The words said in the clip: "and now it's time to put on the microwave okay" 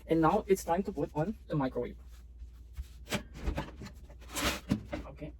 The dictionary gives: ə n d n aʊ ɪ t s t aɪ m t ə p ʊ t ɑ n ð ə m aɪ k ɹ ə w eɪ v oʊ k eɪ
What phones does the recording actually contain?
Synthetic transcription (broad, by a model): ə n n aʊ ɪ t s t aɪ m t ə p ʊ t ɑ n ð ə m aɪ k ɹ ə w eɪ p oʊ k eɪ